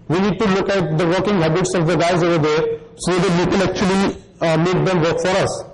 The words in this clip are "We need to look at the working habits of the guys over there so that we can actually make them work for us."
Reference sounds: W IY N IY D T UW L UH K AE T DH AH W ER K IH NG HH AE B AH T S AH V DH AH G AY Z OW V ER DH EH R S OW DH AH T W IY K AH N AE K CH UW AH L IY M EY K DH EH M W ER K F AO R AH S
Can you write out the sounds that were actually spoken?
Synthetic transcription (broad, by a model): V IY N IY D T UW L UH K AE T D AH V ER K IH NG HH AE B AH T S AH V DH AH G AY Z OW V ER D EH R S OW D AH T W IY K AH L AE K CH UW AH L IY M EY K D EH M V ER K F AO R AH S